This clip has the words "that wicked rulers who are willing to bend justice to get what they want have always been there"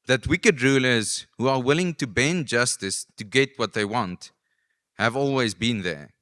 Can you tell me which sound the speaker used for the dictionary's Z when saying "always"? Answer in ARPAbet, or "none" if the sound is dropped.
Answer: Z